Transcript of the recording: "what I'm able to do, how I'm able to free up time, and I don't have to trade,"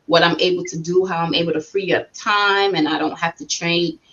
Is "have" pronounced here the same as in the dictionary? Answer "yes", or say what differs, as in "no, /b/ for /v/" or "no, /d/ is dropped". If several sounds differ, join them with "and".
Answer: no, /f/ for /v/